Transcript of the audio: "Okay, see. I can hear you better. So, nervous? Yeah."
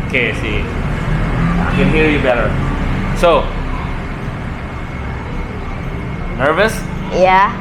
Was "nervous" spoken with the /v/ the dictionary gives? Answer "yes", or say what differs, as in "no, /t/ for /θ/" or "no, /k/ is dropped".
yes